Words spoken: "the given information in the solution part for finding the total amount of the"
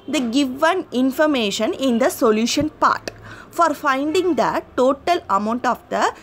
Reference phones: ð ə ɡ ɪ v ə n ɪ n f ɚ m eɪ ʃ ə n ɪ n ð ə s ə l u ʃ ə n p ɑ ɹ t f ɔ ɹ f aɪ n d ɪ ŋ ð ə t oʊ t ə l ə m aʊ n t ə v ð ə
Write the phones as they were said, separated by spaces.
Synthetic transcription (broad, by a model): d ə ɡ ɪ v ə n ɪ n f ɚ m eɪ ʃ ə n ɪ n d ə s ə l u ʃ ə n p ɑ ɹ t f ɔ ɹ f aɪ n d ɪ ŋ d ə t oʊ t ə l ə m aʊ n t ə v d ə